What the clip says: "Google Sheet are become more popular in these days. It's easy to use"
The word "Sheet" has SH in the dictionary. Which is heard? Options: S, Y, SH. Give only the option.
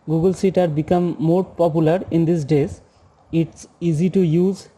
S